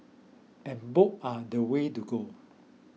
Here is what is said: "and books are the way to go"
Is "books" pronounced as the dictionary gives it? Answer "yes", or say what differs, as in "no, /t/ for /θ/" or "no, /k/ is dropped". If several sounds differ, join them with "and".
no, /s/ is dropped